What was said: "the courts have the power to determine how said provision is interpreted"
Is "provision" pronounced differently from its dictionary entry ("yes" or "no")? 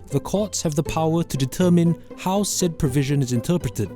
no